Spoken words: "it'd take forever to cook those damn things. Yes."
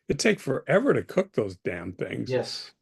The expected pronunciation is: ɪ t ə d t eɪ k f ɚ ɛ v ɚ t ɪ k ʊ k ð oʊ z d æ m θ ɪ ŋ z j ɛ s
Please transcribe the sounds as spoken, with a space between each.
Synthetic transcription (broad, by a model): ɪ t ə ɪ k f ɚ ɛ v ɚ t ɪ k ʊ k ð oʊ z d æ m θ ɪ ŋ z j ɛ s